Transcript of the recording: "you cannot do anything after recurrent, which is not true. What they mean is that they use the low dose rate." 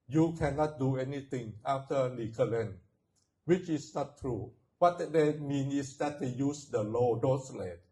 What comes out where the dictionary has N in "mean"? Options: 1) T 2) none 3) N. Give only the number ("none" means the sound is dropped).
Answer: 3